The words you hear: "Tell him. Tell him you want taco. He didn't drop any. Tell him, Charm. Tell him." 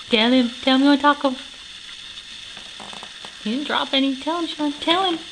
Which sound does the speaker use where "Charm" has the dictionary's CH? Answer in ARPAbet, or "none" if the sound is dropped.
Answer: SH